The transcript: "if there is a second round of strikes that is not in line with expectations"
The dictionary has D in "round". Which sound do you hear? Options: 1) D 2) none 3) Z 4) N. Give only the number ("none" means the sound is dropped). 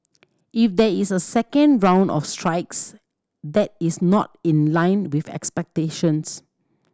1